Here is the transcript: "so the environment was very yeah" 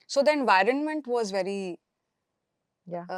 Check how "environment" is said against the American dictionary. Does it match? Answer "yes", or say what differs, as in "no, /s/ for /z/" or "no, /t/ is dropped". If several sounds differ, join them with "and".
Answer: yes